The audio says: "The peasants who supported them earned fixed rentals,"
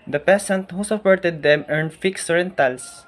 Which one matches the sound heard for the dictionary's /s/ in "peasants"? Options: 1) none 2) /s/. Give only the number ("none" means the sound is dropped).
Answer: 1